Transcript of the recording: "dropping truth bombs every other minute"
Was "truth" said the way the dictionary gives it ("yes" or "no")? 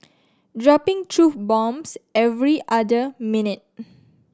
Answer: no